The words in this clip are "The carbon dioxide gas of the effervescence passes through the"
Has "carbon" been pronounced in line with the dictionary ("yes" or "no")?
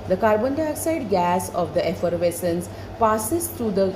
yes